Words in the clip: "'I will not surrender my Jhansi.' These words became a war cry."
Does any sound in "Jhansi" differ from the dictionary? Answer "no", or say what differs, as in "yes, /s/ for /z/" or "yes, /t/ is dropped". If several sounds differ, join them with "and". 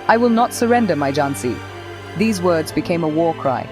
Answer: no